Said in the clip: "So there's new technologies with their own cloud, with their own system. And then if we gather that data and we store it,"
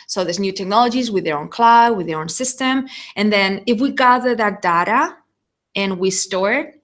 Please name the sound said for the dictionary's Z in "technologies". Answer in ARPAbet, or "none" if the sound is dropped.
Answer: Z